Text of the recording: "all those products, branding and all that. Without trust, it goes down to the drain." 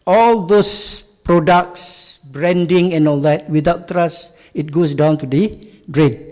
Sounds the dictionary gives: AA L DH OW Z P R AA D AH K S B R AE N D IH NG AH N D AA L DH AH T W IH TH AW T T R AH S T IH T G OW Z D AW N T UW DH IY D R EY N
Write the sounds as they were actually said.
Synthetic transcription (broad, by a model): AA L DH OW S P R AA D AH K S B R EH N D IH NG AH N AA L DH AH T W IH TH AW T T R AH S IH T G OW S D AW N T UW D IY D R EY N